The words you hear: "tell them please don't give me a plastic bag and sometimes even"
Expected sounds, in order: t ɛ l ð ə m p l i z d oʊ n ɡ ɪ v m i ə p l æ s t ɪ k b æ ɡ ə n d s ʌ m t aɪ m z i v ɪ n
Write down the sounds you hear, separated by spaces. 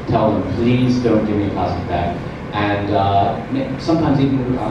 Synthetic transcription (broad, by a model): t ɛ l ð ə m p l i z d oʊ n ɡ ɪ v m i ə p æ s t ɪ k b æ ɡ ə n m s ʌ m t aɪ m z i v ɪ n